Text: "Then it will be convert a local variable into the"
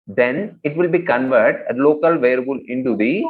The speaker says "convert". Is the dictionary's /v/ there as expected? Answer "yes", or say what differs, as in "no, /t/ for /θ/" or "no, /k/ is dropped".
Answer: yes